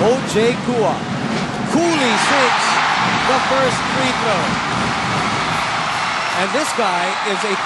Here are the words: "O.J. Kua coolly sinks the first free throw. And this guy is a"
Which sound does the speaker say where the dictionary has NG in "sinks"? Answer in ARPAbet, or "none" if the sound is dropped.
none